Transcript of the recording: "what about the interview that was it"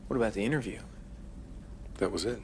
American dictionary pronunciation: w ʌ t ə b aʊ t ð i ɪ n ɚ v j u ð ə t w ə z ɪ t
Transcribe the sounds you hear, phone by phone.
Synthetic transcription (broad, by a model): w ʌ t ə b aʊ t ð i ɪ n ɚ v j u ð ə t w ə z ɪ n